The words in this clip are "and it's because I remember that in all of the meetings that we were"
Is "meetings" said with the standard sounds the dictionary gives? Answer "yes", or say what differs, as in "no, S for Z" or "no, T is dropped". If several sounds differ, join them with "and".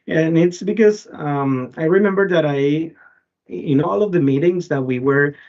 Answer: yes